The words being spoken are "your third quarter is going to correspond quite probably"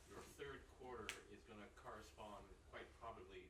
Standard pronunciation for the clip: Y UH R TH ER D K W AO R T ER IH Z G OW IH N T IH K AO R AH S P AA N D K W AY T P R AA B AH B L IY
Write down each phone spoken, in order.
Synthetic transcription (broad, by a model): Y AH R TH ER D K W AO R T ER IH Z G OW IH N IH K AO R AH S P AA N D K W AY T P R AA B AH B L IY